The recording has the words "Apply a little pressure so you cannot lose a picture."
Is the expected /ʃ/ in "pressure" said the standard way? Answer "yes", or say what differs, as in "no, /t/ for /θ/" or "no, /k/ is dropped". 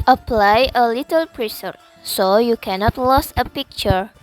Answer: no, /s/ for /ʃ/